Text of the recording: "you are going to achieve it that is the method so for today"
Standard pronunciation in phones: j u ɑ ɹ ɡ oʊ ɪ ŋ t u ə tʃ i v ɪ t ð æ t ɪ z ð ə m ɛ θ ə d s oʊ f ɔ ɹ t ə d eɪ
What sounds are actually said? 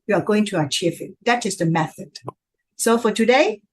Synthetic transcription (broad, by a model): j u ɑ ɹ ɡ oʊ ɪ ŋ t u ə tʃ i f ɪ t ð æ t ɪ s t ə m ɛ θ ə d s oʊ f ɔ ɹ t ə d eɪ